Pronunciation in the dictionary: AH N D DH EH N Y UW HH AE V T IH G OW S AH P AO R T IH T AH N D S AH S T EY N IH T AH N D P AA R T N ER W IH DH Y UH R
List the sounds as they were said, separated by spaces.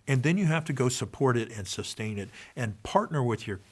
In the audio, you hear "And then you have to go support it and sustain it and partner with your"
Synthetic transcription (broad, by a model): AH N DH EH N Y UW HH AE F T IH G OW S AH P AO R T IH T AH N S AH S T EY N IH T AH N P AA R T N ER W IH DH Y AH R